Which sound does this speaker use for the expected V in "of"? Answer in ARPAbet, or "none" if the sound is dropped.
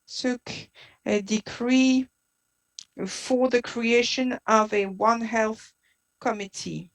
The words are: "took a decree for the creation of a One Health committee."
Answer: V